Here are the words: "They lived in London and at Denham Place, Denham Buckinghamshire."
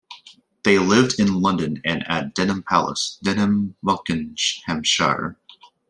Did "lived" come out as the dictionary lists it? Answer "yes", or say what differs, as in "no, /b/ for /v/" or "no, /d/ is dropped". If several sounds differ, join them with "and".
yes